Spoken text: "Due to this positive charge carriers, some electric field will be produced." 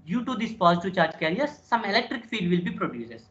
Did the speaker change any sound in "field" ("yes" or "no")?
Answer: yes